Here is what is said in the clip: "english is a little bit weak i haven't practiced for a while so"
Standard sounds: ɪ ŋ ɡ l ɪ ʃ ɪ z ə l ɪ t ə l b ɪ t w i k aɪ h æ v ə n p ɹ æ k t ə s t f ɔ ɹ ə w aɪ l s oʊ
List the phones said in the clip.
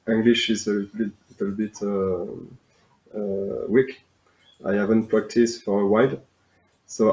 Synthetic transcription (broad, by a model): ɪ ŋ ɡ l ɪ ʃ ɪ z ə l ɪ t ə l b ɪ t w i k aɪ h æ v ə n p ɹ æ k t ə s t f ɔ ɹ ə w aɪ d s oʊ